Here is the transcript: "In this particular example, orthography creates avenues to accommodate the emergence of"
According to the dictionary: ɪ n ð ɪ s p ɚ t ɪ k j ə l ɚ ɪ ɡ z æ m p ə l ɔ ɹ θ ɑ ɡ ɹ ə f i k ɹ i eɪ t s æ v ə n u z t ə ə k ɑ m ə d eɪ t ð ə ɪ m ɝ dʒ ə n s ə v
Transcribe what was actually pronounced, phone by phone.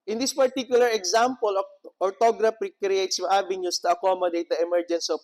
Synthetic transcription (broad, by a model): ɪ n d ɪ s p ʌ t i k j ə l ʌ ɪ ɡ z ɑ m p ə l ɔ ɹ t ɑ ɡ ɹ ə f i k ɹ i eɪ t s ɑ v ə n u s t ə ə k ɑ m ə d eɪ t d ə ɪ m ɝ dʒ ə n s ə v